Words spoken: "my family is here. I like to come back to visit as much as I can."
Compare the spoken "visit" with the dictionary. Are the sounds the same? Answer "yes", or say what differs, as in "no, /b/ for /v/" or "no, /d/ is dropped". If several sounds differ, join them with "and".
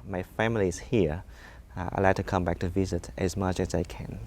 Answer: yes